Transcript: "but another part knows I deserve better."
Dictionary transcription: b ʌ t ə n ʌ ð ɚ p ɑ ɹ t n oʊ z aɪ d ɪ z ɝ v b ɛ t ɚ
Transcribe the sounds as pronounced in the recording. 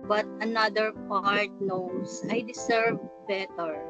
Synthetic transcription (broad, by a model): b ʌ t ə n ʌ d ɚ p ɑ ɹ t n oʊ s aɪ d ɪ s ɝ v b ɛ t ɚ